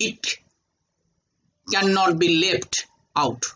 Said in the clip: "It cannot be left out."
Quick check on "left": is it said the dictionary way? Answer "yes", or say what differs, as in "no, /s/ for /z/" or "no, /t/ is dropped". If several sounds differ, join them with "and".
no, /p/ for /f/